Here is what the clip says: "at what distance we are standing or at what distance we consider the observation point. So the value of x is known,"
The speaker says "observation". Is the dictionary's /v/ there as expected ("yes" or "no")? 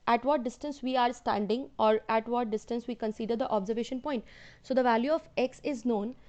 yes